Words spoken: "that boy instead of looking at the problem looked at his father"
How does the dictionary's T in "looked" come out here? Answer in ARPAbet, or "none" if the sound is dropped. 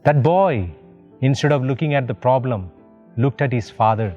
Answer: T